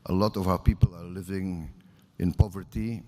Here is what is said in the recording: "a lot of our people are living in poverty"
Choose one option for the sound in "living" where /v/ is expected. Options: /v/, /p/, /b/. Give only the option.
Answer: /v/